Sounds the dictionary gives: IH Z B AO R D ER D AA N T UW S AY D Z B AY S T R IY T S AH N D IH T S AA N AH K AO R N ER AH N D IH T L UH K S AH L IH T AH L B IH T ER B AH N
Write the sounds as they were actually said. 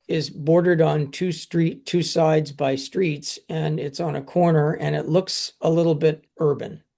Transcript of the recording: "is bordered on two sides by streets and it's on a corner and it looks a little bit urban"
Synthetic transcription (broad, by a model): IH Z B AO R D ER D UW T T UW S AY D Z B AY S T R IY T S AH N IH T S N AH K AO R N ER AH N IH T L UH K S AH L IH T L B IH T ER B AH N